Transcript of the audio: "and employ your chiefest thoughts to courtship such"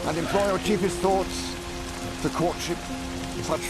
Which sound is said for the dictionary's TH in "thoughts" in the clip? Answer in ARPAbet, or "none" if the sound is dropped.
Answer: TH